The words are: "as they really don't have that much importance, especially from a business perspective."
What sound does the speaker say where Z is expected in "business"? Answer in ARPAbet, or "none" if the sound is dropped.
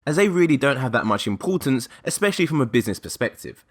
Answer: Z